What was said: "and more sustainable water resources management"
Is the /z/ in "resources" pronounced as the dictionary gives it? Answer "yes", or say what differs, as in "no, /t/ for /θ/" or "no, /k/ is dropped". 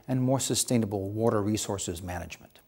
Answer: yes